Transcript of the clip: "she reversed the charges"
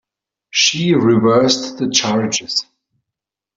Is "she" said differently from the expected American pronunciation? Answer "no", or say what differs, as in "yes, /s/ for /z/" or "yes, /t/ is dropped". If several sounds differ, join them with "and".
no